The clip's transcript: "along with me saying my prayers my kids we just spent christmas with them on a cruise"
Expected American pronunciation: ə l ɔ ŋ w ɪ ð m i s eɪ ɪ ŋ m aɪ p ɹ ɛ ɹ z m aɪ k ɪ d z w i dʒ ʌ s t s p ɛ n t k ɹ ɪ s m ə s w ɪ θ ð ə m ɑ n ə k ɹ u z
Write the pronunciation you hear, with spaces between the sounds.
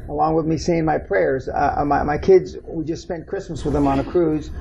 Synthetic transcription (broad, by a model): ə l ɔ ŋ w ɪ ð m i s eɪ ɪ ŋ m aɪ p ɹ ɛ ɹ z m aɪ k ɪ d z w i dʒ ʌ s t s p ɛ n k ɹ ɪ s m ə s w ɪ ð ə m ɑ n ə k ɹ u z